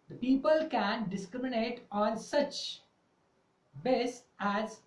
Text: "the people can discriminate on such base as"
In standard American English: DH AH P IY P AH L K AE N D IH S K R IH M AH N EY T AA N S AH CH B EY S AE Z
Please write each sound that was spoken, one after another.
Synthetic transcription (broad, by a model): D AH P IY P AH L K AE N D IH S K R IH M AH N EY T AA N S AH CH B EY S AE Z